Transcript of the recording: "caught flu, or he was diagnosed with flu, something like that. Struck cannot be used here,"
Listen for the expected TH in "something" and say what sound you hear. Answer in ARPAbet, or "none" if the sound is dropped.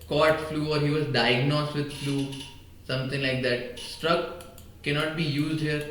T